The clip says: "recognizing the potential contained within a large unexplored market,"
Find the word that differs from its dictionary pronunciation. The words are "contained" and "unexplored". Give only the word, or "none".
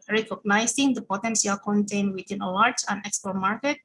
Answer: unexplored